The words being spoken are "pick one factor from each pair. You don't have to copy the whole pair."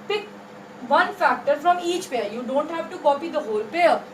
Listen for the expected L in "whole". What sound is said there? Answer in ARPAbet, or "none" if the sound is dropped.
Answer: L